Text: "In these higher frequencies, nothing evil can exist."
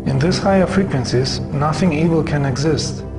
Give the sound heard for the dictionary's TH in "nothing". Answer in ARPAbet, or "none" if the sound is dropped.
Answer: TH